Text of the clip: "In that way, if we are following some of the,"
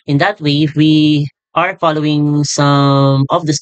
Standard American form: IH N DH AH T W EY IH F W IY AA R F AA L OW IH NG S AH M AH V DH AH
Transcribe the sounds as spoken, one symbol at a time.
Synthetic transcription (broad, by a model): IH N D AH T W EY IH W IY AA R F AA L OW IH NG S AH M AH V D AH